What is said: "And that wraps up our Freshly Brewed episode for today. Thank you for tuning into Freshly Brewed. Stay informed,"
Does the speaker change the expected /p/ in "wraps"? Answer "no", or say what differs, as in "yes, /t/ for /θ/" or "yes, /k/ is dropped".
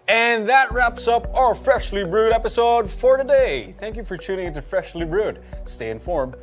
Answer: no